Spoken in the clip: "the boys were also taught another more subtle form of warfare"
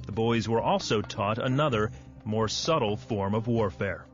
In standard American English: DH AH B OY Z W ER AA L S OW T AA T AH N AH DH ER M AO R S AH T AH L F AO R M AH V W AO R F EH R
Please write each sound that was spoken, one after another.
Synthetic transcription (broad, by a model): DH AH B OY Z W ER AA L S OW T AA T AH N AH DH ER M AO R S AH T L F AO R M AH V W AO R F EH R